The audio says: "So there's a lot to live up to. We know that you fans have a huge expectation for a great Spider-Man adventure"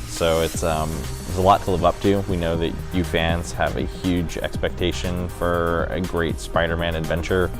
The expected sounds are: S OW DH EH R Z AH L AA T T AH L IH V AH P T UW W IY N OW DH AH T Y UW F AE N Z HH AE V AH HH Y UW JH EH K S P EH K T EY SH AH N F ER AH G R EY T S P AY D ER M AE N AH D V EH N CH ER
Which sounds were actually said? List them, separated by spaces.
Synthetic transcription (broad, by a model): S OW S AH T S AH L AA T T AH L IH V AH P T UW W IY N OW DH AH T Y UW F AE N Z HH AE V AH HH Y UW JH EH K S P EH K T EY SH AH N F ER AH G R EY T S P AY D ER M AE N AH D V EH N CH ER